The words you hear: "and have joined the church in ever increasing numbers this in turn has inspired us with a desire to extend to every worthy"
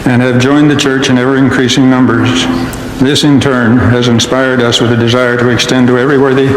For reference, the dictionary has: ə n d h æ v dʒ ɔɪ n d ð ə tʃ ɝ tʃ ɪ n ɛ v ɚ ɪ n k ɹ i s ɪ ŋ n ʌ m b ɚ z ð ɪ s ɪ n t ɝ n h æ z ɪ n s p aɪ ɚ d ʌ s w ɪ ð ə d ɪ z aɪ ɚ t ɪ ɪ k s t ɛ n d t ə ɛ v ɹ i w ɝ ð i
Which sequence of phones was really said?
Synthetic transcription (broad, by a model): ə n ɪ v dʒ ɔɪ n ð ə tʃ ɝ tʃ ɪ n ɛ v ɚ ɪ n k ɹ i s ɪ ŋ n ʌ m b ɚ z ð ɪ s ɪ n t ɝ n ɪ z ɪ n s p aɪ ɚ d ʌ s w ɪ ð ə d ɪ z aɪ ɚ t ɪ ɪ k s t ɛ n t ə ɛ v ɹ i w ɝ ð i